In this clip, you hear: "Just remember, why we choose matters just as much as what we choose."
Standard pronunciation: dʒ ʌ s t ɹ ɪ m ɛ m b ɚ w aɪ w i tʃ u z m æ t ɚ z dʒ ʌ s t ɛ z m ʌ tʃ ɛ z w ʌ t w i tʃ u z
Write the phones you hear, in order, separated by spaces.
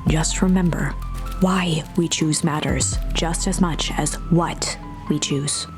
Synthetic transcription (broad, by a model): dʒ ʌ s t ɹ ɪ m ɛ m b ɚ w aɪ w i tʃ u z m æ t ɚ z dʒ ʌ s t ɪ z m ʌ tʃ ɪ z w ʌ t w i tʃ u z